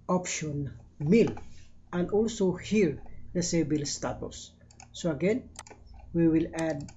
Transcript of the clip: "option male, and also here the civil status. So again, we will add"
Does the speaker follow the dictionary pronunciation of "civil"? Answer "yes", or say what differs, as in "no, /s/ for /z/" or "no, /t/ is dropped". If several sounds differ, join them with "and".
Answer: no, /b/ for /v/